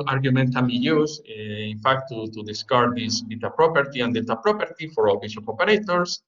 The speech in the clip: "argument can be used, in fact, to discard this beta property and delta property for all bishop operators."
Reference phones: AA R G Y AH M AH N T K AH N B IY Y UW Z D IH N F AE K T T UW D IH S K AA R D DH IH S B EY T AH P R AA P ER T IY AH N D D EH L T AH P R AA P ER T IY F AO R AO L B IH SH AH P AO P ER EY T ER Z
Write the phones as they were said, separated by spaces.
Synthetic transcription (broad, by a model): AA R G Y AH M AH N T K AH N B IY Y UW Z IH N F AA K T T UW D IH S K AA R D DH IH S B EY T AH P R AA P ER T IY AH N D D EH T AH P R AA P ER T IY F AO R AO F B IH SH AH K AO P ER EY T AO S